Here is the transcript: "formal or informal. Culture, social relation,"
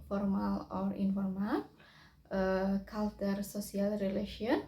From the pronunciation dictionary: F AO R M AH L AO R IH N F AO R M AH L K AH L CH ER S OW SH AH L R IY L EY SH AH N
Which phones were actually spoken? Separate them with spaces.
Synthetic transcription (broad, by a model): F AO R M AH L AO R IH N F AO R M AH L K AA L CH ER S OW S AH L R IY L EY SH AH N